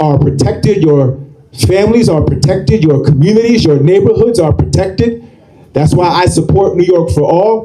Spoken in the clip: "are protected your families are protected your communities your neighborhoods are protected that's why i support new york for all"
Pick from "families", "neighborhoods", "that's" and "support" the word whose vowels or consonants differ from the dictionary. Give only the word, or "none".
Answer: none